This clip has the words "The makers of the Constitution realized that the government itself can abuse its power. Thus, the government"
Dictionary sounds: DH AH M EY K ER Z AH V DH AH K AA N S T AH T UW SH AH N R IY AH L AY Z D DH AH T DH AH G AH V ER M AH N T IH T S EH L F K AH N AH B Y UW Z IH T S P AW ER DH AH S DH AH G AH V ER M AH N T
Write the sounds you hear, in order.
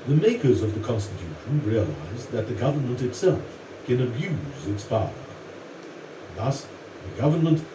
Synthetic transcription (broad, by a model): DH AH M EY K ER Z AH V DH AH K AA N S T AH T UW SH AH N R IY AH L AY Z DH AH T DH AH G AH V ER M AH N T IH T S EH L F K AH N AH B Y UW Z IH T S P AW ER DH AH S DH AH G AH V ER M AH N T